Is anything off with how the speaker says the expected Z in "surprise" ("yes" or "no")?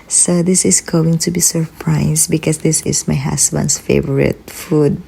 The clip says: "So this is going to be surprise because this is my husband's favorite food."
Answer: yes